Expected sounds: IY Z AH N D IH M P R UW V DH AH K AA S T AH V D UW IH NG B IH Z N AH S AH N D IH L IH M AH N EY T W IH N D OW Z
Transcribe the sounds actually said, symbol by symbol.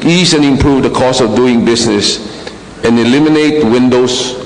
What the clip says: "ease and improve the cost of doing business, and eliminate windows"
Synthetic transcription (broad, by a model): IY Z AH N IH M P R UW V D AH K AA S AH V D UW IH NG B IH S N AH S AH N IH L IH M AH N EY T W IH N D OW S